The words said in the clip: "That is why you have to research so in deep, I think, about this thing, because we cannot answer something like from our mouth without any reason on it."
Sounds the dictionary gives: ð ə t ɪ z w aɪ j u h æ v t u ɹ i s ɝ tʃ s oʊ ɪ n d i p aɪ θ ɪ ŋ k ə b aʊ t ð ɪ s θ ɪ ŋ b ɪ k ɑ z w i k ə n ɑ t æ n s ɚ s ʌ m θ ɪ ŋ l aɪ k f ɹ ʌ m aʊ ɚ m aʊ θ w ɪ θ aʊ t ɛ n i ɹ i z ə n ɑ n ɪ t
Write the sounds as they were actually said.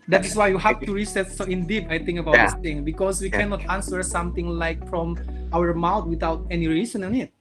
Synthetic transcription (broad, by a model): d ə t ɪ s w aɪ j u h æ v t u ɹ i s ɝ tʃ s oʊ ɪ n d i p aɪ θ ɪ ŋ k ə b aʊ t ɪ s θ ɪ ŋ b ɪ k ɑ s w i k ə n ɑ t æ n s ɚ s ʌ m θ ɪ ŋ l aɪ k f ɹ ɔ m aʊ ɚ m aʊ t w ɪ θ aʊ t ɛ n i ɹ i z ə n ɑ n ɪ t